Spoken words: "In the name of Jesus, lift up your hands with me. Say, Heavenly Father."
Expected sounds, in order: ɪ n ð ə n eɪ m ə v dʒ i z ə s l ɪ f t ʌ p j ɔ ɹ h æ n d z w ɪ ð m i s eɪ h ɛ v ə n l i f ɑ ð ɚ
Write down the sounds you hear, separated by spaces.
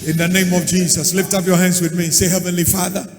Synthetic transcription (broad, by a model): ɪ n ð ə n eɪ m ə v dʒ i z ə s l ɪ f t ʌ p j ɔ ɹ h æ n d z w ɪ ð m i s eɪ h ɛ v ə n l i f ɑ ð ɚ